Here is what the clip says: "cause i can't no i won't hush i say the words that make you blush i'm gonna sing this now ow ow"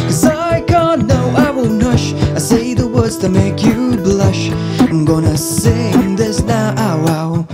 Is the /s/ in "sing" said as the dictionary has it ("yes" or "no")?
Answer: yes